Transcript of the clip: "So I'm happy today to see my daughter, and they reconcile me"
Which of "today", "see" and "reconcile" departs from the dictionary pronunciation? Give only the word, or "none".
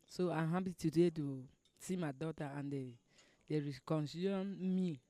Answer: reconcile